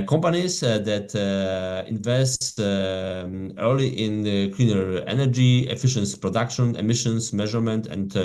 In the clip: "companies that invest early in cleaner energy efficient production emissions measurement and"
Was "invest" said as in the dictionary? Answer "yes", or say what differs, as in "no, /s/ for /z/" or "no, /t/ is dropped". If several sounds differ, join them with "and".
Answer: yes